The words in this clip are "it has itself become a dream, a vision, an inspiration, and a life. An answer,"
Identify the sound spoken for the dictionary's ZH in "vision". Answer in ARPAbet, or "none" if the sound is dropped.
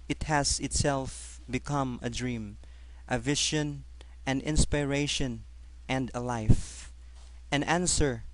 SH